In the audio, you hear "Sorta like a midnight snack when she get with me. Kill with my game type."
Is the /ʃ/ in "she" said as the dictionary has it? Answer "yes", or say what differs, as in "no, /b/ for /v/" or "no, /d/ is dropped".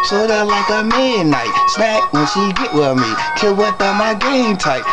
no, /s/ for /ʃ/